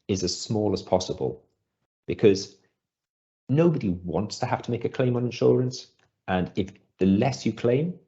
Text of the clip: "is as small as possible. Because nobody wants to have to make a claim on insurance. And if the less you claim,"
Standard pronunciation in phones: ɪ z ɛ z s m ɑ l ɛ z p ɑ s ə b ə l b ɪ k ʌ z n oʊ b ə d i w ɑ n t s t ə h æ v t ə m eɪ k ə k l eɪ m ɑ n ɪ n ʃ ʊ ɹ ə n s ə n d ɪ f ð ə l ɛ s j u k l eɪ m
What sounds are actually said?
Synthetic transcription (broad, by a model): ɪ z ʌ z s m ɑ l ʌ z p ɑ s ə b ə l b ɪ k ʌ z n oʊ b ə d i w ɑ n t s t ə h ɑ f t ə m eɪ k ə k l eɪ m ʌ n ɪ n ʃ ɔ ɹ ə n s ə n ɪ f ð ə l ɛ s j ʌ k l eɪ m